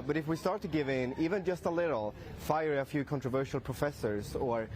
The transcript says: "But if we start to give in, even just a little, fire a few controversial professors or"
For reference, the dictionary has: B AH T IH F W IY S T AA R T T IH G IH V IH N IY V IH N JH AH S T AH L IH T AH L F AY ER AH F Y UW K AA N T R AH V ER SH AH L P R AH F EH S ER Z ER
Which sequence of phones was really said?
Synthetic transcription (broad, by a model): B AH T IH F W IY S T AA R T T IH G IH V IH N IY V IH N JH AH S T AH L IH T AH L F AY ER AH F Y UW K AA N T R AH V ER SH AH L P R AH F EH S ER Z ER